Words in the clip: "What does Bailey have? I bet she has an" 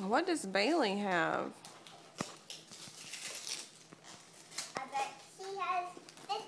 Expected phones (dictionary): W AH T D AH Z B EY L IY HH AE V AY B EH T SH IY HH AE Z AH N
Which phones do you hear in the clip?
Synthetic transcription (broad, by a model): W AH T D AH Z B EY L IY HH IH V AY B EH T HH IY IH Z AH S